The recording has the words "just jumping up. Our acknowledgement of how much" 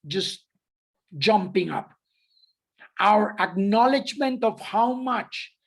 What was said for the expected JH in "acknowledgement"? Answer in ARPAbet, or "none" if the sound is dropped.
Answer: JH